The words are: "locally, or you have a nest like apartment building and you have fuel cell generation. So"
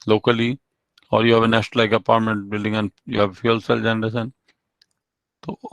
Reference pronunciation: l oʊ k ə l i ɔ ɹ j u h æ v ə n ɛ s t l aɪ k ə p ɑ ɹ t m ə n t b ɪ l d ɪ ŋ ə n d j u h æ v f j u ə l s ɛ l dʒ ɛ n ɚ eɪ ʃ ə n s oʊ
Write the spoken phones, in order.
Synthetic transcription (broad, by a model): l oʊ k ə l i ɔ ɹ j u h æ v ə n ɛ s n l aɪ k ə p ɑ ɹ t m ə n t b ɪ l d ɪ ŋ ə n j u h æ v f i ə l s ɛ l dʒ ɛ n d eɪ s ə n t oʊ